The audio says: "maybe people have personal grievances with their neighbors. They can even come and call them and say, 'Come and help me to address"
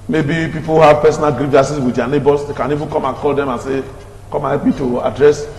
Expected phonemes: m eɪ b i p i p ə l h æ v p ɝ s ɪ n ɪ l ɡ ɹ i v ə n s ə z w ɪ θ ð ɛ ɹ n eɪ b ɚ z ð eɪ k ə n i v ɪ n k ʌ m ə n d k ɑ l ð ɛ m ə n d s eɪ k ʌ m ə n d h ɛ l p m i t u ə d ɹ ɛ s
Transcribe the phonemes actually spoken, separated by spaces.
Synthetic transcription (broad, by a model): m eɪ b i p i p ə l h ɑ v p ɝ s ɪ n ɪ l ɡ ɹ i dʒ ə s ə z w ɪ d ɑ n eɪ b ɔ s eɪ k ə n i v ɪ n k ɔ m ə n k ɑ l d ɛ m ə n s eɪ k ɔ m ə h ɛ p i t u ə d ɹ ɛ s